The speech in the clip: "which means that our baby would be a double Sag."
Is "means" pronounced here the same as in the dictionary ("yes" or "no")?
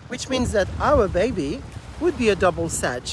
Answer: yes